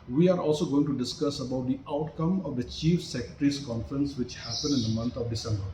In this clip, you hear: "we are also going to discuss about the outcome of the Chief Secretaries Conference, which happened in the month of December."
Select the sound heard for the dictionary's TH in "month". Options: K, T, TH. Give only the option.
T